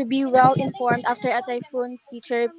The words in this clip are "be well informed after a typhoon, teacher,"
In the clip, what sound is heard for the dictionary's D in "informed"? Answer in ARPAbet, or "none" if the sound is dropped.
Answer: D